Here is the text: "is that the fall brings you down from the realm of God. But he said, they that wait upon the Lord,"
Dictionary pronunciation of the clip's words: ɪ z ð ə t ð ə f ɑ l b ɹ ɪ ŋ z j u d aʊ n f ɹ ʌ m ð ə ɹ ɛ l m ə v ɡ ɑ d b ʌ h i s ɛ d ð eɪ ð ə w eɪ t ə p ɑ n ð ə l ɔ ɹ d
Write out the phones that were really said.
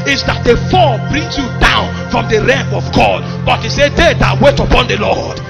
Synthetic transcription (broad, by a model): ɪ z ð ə t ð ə f ɑ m b ɹ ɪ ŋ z j u d aʊ n f ɹ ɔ m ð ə ɹ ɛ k ə v ɡ ɑ d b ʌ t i s ɛ d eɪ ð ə w eɪ t ə p ɑ n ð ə l ɔ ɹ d